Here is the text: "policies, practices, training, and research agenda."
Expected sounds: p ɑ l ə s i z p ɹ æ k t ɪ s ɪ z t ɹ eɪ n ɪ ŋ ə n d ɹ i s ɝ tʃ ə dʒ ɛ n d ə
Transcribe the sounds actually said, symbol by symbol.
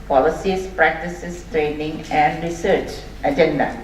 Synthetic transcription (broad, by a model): p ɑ l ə s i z p ɹ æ k t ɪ s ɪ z t ɹ eɪ n ɪ ŋ ə n d ɹ i s ɝ tʃ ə dʒ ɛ n d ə